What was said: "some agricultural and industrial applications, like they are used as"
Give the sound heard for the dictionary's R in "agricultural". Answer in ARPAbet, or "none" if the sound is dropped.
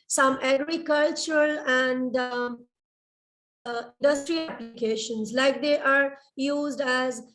R